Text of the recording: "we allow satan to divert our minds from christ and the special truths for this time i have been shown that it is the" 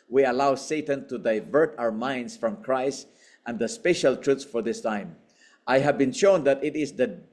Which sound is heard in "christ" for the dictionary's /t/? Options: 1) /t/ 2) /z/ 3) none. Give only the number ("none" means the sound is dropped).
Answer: 1